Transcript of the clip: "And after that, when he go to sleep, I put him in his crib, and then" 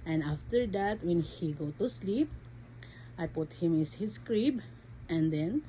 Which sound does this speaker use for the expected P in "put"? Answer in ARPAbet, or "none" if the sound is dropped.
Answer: P